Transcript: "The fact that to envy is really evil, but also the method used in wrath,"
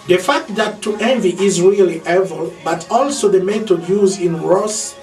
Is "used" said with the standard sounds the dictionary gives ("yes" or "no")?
no